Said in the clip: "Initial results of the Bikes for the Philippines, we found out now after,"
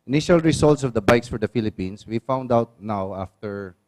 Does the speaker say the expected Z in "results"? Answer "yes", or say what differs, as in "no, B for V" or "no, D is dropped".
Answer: no, S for Z